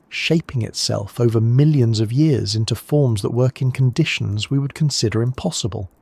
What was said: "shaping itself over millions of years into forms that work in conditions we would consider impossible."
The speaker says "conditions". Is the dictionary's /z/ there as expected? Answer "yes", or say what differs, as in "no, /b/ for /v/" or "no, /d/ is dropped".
yes